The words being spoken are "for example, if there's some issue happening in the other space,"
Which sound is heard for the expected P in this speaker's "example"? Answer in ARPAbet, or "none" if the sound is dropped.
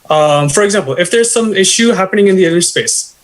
P